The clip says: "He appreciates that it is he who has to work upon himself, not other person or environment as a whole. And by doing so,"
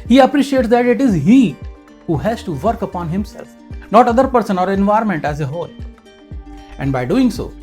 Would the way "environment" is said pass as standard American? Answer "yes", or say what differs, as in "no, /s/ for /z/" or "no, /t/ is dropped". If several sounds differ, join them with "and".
yes